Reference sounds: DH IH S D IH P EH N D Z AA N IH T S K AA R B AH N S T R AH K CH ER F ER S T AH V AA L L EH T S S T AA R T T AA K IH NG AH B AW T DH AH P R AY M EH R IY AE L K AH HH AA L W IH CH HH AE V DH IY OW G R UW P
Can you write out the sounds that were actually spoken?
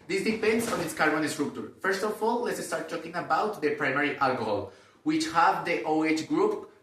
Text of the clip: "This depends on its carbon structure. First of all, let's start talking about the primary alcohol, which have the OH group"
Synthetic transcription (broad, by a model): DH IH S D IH P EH N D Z AA N IH T S K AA R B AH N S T R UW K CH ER F ER S T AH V AA L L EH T S S T AA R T T AA K IH NG AH B AW T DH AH P R AY M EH R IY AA L K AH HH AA L W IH CH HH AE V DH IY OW G R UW P